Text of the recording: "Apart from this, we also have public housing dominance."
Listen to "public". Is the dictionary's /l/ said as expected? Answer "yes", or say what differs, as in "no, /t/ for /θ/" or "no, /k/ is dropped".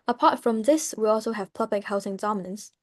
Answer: no, /l/ is dropped